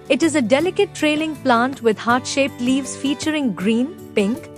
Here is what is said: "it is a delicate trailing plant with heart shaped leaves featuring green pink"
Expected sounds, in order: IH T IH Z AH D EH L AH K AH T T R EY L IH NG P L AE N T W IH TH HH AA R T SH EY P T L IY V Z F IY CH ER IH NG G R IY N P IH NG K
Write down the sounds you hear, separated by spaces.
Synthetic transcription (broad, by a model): IH T IH Z AH D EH L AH K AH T T R EY L IH NG P L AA N T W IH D HH AA R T SH EY P T L IY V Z F IY CH ER IH NG G R IY N P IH NG K